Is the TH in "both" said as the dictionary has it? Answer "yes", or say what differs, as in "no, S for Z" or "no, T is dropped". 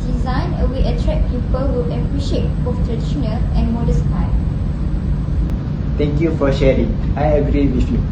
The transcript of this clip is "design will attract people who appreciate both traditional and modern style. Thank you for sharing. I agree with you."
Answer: no, F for TH